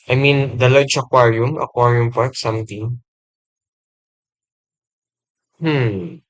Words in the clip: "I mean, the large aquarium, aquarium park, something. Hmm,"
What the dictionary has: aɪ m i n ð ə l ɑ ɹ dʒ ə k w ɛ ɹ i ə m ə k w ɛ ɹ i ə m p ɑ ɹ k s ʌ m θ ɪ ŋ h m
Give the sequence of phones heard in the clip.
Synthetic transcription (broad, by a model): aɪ m i n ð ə l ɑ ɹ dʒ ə k w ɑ ɹ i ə m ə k w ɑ ɹ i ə m p ɑ ɹ k s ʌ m t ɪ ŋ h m